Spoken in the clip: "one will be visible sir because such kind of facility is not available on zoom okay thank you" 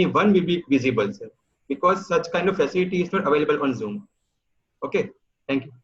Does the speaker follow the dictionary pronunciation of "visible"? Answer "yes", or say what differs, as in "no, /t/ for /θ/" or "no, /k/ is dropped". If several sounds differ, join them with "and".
yes